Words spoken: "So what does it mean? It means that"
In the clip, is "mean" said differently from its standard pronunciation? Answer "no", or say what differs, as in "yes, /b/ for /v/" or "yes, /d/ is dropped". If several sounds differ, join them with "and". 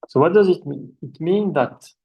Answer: yes, /n/ is dropped